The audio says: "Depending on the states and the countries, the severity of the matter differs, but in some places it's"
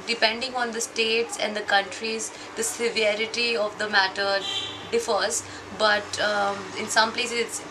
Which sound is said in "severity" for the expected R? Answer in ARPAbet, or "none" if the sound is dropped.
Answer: R